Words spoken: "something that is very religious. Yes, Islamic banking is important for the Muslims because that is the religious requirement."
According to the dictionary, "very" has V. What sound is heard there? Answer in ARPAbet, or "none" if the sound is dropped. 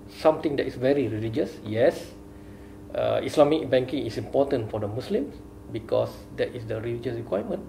V